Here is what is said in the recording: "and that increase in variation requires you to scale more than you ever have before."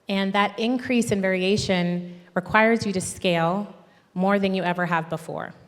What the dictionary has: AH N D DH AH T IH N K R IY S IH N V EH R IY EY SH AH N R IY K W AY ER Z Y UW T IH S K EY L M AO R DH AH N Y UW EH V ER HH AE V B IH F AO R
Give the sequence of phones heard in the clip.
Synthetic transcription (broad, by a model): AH N DH AH T IH N K R IY S IH N V EH R IY EY SH AH N R IY K W AY ER Z Y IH T IH S K EY L M AO R DH AH N Y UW EH V ER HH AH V B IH F AO R